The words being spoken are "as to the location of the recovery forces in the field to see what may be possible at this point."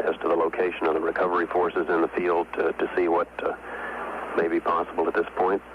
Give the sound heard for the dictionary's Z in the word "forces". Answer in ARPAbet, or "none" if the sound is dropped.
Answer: Z